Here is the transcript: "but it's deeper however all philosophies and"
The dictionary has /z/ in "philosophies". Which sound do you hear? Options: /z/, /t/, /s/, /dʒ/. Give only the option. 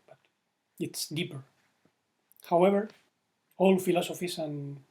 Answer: /s/